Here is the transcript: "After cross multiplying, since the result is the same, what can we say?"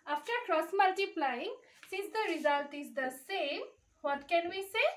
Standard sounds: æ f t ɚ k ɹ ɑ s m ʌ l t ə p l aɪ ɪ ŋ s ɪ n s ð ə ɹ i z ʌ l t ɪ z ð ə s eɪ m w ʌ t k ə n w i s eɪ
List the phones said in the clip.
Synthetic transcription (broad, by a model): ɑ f t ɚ k ɹ ɑ s m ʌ l t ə p l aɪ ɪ ŋ s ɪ n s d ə ɹ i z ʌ l t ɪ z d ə s eɪ m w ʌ t k ə n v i s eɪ